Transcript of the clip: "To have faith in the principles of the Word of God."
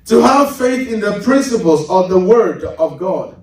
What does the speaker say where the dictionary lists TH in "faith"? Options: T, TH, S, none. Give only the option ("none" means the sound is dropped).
TH